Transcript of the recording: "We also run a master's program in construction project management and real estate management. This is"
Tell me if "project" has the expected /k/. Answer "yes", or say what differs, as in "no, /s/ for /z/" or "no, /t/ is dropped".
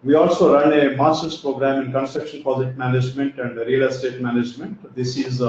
no, /k/ is dropped